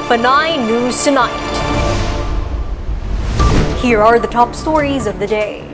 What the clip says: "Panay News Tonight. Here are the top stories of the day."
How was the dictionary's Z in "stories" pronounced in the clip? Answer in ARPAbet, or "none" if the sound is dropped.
Z